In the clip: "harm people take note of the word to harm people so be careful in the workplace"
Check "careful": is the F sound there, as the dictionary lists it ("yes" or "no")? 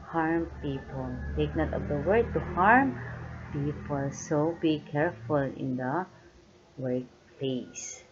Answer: yes